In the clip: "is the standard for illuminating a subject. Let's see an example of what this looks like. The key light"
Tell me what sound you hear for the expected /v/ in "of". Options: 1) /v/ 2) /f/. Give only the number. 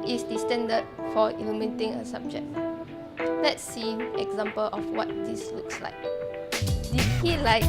2